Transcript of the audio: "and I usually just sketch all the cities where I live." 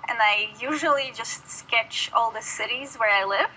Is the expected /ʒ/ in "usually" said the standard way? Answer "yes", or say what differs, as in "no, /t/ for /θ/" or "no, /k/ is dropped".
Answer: yes